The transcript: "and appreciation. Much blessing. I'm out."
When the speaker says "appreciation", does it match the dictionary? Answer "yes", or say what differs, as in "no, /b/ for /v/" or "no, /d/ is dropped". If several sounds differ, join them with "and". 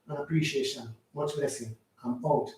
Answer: yes